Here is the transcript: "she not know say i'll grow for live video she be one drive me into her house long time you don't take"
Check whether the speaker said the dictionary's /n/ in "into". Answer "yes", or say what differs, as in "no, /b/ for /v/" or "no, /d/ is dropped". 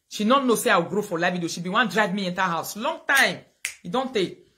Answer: yes